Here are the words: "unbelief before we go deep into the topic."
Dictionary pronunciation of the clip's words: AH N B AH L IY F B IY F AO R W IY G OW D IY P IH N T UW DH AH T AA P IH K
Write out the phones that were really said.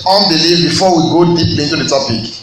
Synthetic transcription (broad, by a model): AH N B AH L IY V B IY F AO W IY G OW D IY P IH N T UW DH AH T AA P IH K